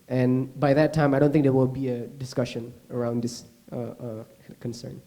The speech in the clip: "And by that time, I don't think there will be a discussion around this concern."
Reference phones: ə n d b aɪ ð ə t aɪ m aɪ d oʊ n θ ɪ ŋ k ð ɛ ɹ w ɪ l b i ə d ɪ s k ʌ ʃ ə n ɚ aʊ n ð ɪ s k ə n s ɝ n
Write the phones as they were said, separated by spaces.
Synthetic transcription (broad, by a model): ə n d b aɪ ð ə t aɪ m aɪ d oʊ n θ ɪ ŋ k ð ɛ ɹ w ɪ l b i ə d ɪ s k ʌ ʃ ə n ɚ aʊ n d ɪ s k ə n s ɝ n